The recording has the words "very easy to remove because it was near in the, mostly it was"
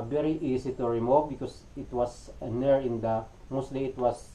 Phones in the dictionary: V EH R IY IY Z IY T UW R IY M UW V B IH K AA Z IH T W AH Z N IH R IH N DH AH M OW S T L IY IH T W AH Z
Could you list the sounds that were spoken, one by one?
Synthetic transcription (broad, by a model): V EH R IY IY S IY T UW R IY M UW V B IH K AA S IH T W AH S N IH R IH N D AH M OW S T L IY IH T W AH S